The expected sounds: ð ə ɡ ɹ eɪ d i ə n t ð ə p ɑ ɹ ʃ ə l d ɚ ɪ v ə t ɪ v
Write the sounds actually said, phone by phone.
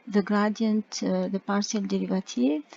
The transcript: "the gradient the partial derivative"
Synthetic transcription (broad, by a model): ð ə ɡ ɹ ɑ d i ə n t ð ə p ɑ ɹ s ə l d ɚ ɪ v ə t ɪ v